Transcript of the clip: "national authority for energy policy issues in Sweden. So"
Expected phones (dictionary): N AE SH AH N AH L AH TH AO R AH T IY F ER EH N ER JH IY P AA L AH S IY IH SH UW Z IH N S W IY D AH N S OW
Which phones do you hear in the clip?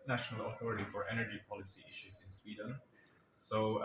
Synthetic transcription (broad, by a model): N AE SH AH N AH L AH TH AO R AH T IY F ER EH N ER JH IY P AA L AH S IY IH SH UW Z IH N S W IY D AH N S OW